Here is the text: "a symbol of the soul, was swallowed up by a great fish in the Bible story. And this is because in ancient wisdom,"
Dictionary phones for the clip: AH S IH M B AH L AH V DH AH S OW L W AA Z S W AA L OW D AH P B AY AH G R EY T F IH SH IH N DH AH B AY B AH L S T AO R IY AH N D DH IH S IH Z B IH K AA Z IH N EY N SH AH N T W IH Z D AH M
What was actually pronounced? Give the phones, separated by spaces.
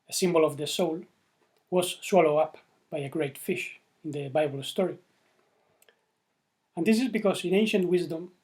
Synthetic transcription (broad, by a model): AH S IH M B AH L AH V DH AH S OW L W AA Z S W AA L OW AH P B AY AH G R EY T F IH SH IH N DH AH B AY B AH L S T AO R IY AH N D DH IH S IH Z B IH K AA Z IH N EY N SH AH N T W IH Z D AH M